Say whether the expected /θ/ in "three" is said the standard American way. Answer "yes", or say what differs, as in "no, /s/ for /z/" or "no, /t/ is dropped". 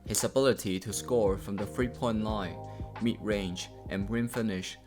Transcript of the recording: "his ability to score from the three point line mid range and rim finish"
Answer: no, /f/ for /θ/